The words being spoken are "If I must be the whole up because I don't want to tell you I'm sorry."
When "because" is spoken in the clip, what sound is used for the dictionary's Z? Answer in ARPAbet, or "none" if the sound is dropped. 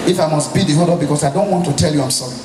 S